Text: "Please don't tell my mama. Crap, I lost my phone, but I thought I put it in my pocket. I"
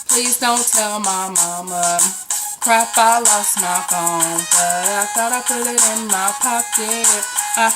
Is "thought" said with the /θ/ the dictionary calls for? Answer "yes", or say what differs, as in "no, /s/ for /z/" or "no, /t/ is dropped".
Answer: no, /s/ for /θ/